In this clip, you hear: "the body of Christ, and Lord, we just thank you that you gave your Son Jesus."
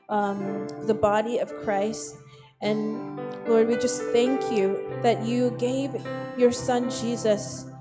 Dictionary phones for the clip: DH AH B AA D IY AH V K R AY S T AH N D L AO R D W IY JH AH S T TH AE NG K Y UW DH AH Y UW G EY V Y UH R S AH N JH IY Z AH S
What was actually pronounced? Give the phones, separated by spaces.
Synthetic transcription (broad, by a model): DH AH B AA D IY AH V K R AY S T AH N L AO R D W IY JH AH S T TH AE NG K Y UW DH AH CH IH G EY V Y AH R S AH N JH IY Z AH S